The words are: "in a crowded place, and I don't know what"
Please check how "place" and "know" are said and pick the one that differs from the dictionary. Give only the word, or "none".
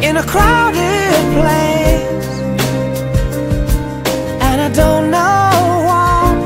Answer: place